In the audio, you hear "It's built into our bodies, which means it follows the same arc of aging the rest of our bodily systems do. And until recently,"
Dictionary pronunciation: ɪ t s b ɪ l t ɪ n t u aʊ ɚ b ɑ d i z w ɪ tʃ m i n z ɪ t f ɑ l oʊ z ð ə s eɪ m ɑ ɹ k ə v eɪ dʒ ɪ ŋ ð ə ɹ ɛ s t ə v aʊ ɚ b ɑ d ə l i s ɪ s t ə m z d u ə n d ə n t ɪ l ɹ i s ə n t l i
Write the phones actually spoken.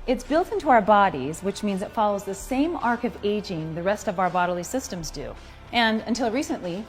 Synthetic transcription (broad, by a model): ɪ t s b ɪ l t ɪ n t u aʊ ɚ b ɑ d i z w ɪ tʃ m i n z ɪ t f ɑ l oʊ z ð ə s eɪ m ɑ ɹ k ə v eɪ dʒ ɪ ŋ ð ə ɹ ɛ s t ə v aʊ ɚ b ɑ d l i s ɪ s t ə m z d u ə n ə n t ɪ l ɹ i s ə n t l i